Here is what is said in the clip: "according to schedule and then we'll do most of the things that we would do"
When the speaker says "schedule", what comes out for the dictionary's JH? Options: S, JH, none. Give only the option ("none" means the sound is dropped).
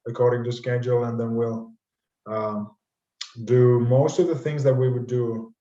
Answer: JH